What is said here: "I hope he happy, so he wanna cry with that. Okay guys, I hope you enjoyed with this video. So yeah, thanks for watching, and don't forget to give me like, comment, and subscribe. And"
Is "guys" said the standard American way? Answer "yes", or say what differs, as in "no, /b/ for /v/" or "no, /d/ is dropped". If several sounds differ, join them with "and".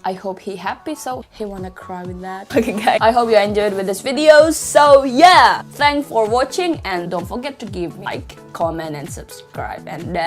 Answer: no, /z/ is dropped